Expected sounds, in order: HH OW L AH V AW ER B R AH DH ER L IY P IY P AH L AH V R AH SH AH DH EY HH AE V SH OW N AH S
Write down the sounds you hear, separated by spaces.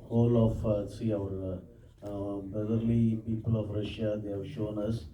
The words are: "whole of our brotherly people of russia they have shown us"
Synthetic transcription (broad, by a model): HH OW L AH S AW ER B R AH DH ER L IY P IY P AH L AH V R AH SH AH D EY HH AE V SH OW N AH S